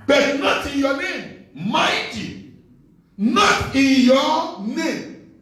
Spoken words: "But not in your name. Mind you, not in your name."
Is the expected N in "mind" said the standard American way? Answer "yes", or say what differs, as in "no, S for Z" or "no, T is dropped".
no, N is dropped